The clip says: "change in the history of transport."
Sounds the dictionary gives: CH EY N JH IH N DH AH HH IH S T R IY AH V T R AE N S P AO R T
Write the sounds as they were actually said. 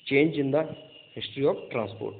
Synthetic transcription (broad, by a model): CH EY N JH IH N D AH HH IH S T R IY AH P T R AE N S P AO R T